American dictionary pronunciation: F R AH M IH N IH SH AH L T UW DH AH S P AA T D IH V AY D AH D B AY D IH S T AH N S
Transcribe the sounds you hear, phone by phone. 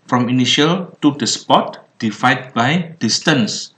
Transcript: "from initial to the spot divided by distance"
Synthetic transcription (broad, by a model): F R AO M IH N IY SH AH L T UW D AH S P AA T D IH F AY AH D B AY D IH S T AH N S